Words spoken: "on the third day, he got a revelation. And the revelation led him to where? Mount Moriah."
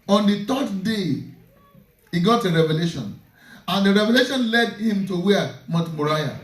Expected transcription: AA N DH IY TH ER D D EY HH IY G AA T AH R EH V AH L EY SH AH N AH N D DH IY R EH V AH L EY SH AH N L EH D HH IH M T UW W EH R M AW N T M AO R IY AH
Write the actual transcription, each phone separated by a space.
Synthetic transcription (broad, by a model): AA N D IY T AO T D EY HH IY G AA T AH R EH V AH L EY SH AH N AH N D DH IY R EH V AH L EY SH AH N L EH D HH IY M T UW W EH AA M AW T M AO R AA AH